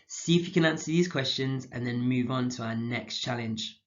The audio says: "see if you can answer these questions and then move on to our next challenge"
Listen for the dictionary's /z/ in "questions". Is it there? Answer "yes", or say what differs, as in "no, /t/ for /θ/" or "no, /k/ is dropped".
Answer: yes